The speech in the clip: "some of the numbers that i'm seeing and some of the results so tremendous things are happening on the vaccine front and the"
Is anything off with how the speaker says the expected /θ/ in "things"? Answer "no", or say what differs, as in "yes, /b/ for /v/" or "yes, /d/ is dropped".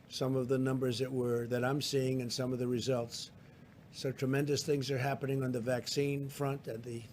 no